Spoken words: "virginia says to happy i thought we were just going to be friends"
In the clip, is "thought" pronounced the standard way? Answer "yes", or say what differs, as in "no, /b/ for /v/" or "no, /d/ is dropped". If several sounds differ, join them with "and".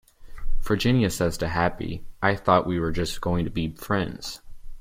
yes